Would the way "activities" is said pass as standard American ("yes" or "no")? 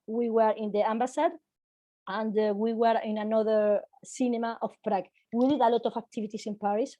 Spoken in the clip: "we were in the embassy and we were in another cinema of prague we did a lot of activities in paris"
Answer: no